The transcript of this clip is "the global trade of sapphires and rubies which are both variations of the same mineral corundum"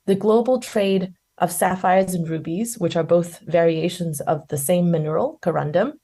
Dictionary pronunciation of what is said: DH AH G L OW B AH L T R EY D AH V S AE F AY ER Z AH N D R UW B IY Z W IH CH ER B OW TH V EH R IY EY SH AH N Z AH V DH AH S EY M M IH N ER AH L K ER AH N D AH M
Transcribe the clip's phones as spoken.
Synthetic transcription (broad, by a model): DH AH G L OW B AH L T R EY D AH V S AE F AY ER Z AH N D R UW B IY Z W IH CH ER B OW TH V EH R IY EY SH AH N Z AH V DH AH S EY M M IH N ER L K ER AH N D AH M